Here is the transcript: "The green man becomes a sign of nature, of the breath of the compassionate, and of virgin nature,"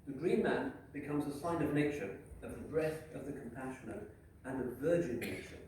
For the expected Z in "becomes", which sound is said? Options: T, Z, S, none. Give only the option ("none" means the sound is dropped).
Z